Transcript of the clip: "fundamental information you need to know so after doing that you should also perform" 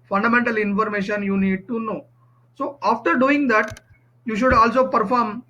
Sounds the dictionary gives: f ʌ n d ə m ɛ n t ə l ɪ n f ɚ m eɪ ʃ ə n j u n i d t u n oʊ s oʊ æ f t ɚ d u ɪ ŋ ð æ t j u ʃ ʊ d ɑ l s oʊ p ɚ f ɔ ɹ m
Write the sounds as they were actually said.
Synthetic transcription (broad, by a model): f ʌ n d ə m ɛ n t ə l ɪ n f ɚ m eɪ ʃ ə n j u n i d t u n oʊ s oʊ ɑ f t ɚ d u ɪ ŋ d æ t j u ʃ ʊ d ɑ l s oʊ p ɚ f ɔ ɹ m